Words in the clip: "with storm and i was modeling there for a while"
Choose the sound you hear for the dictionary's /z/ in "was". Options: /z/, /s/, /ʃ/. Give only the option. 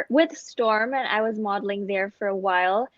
/z/